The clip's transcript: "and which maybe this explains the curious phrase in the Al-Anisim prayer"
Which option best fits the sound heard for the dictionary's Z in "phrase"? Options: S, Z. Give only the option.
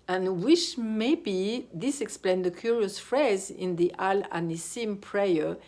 Z